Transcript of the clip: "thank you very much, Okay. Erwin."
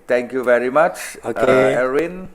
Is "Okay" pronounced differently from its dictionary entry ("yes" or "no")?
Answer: yes